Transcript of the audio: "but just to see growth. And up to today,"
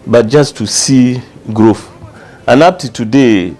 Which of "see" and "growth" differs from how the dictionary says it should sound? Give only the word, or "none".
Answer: growth